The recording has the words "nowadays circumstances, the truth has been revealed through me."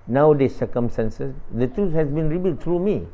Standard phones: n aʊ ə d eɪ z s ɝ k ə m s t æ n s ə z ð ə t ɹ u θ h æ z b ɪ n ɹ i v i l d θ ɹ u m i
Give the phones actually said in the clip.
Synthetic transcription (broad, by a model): n aʊ d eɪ s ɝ k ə m s t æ n s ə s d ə t ɹ u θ h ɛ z b ɪ n ɹ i b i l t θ ɹ u m i